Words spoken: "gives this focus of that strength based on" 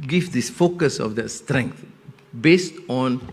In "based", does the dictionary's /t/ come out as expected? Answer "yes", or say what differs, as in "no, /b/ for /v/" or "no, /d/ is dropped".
yes